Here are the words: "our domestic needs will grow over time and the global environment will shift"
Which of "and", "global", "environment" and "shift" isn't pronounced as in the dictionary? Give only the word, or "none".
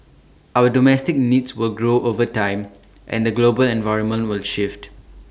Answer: none